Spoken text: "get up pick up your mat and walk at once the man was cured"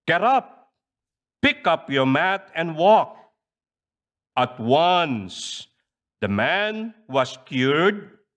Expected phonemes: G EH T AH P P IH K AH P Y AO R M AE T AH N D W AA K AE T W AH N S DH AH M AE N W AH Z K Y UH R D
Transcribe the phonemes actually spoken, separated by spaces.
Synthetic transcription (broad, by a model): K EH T AH P P IH K AH P Y AO R M AE T AH N D W AA K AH T W AH N S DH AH M AE N W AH S K Y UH R D